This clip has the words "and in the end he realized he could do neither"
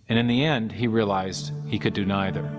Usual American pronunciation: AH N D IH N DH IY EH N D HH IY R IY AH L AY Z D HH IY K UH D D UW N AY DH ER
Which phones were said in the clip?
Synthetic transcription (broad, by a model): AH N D IH N DH IY EH N D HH IY R IY AH L AY Z D HH IY K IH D D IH N AY DH ER